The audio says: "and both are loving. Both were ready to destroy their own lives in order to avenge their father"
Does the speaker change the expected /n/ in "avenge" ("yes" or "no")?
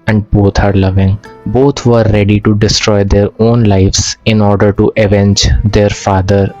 no